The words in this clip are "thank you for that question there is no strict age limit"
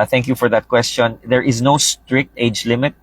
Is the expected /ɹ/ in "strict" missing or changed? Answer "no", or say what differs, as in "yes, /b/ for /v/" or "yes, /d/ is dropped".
no